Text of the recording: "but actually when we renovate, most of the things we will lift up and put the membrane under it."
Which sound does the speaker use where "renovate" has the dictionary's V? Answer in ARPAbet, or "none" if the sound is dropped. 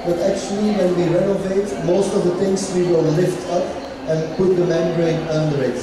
V